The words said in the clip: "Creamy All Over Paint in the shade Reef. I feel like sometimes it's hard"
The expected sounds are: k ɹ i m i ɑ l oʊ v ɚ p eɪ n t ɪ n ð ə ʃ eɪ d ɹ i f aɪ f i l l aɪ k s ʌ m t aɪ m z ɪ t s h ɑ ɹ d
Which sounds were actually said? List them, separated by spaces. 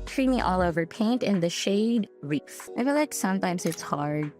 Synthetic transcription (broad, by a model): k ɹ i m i ɑ l oʊ v ɚ p eɪ n t ɪ n ð ə ʃ eɪ d ɹ i f aɪ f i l l aɪ k s ʌ m t aɪ m z ɪ t s h ɑ ɹ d